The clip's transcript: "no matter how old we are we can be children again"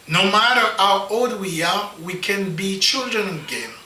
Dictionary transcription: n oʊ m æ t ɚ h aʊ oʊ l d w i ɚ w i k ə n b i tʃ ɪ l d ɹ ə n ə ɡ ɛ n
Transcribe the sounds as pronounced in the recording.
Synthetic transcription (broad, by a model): n oʊ m æ t ɚ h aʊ oʊ l d w i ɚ w i k ə n b i tʃ ɪ l d ɹ ə n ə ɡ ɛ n